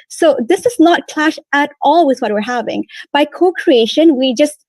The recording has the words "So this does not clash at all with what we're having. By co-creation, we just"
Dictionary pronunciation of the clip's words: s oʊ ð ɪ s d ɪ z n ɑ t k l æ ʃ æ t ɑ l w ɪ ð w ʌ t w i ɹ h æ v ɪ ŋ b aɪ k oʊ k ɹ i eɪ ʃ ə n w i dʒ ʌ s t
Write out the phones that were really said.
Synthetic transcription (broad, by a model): s oʊ ð ɪ s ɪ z n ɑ t k l æ ʃ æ t ɑ l w ɪ ð w ʌ t w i ɹ h æ v ɪ ŋ b aɪ k oʊ k ɹ i eɪ ʃ ə n w i dʒ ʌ s t